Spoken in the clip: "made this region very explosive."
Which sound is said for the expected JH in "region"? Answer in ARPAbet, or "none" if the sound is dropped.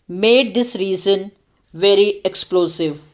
Z